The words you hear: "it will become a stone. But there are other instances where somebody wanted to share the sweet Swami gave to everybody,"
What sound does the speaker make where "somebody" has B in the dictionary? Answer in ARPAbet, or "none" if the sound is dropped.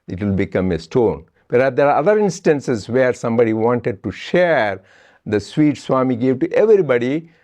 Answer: B